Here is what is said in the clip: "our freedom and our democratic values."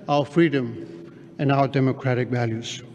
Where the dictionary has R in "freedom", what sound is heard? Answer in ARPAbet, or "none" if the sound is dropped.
R